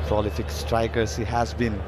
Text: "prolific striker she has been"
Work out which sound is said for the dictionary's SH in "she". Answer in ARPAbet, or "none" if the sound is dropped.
S